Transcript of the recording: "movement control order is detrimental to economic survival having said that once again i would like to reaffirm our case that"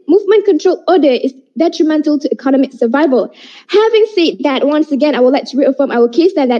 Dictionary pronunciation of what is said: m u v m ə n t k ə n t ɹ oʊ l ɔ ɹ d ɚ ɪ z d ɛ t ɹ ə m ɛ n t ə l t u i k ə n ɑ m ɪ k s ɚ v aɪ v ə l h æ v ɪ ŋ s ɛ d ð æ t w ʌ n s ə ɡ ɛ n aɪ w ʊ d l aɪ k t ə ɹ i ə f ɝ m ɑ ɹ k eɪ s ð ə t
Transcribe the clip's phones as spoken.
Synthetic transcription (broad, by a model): m u v m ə n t k ə n t ɹ oʊ l ɔ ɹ d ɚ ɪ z d ɛ t ɹ ə m ɛ n t ə l t u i k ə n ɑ m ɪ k s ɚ v aɪ v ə l h æ v ɪ ŋ s ɛ d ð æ t w ʌ n s ə ɡ ɛ n aɪ w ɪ l aɪ k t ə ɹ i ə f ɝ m ɑ l k eɪ s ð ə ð